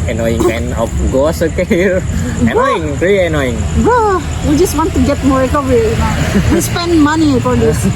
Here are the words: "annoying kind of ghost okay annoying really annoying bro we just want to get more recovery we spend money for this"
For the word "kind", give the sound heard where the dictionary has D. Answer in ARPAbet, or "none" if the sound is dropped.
none